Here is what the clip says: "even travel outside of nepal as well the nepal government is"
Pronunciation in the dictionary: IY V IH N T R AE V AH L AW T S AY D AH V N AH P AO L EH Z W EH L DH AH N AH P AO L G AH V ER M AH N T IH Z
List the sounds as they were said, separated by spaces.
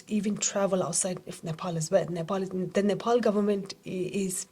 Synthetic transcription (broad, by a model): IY V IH N T R AE V AH L AW T S AY D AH F N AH P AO L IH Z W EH L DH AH N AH P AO L G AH V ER M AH N T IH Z